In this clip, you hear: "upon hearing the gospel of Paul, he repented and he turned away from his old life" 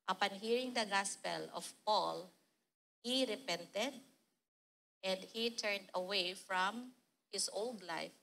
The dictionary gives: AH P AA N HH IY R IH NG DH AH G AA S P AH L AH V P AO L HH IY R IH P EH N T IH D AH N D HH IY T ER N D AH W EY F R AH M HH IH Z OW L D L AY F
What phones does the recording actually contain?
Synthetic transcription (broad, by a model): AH P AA N HH IY R IH NG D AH G AA S P AH L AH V P AO L HH IY R IH P EH N T IH D AH N D HH IY T ER N D AH W EY F R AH M HH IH S OW L D L AY F